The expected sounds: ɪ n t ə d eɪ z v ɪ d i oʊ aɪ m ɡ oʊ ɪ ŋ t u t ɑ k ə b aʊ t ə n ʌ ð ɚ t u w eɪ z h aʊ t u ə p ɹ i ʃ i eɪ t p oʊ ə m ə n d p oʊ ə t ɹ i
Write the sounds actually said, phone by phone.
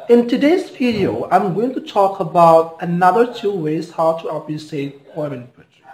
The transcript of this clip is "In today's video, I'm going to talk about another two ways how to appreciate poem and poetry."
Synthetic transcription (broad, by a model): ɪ n t ə d eɪ z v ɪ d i oʊ aɪ m ɡ oʊ ɪ ŋ t u t ɑ k ə b aʊ t ə n ʌ ð ɚ t u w eɪ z h aʊ t u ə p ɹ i s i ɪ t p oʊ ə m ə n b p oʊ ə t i